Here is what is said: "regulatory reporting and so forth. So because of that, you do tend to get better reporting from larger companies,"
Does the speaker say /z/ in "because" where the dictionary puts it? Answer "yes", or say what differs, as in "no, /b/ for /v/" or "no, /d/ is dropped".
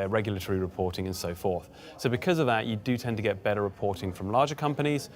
yes